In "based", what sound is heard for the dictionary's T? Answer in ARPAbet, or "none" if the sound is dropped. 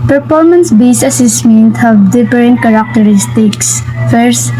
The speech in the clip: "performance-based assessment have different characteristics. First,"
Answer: none